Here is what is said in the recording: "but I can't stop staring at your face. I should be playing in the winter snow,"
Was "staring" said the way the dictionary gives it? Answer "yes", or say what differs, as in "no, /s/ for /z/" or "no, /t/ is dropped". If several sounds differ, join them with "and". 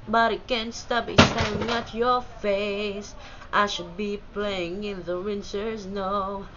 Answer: no, /ɹ/ is dropped